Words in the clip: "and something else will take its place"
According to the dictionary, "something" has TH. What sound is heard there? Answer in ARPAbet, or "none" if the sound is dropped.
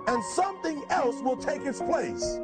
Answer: TH